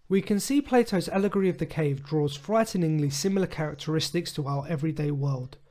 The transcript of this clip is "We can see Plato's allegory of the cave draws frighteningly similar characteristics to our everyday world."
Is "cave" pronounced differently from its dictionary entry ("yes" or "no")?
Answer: no